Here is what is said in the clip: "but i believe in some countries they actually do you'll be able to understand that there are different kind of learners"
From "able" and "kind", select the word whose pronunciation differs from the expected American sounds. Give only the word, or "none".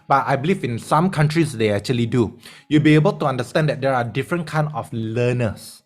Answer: kind